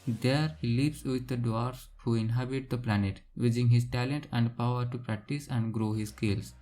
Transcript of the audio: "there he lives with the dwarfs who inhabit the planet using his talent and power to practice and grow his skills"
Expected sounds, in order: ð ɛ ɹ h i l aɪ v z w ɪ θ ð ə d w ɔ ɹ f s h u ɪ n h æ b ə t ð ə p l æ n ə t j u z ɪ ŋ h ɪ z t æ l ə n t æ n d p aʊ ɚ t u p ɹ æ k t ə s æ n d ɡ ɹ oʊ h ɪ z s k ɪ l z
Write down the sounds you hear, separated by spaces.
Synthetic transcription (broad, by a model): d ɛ ɹ h i l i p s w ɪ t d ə d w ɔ ɹ s h u ɪ n h æ b ə t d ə p l æ n ə t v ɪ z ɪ ŋ h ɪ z t æ l ə n t æ n d p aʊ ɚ t u p ɹ æ k t ə s æ n d ɡ ɹ oʊ h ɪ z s k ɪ l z